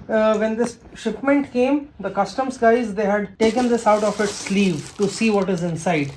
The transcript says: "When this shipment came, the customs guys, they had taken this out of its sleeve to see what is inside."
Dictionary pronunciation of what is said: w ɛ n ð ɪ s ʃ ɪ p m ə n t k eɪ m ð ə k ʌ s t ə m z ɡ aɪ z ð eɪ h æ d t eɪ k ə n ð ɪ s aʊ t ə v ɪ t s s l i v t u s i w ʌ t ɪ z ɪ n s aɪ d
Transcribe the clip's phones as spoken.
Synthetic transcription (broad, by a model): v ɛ n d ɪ s ʃ ɪ p m ə n t k eɪ m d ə k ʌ s t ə m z ɡ aɪ z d eɪ h æ d t eɪ k ə n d ɪ s aʊ t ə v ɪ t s s l i v t u s i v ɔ t ɪ z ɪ n s aɪ d